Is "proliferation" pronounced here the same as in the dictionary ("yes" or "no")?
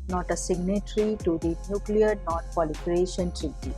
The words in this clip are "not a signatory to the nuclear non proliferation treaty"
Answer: no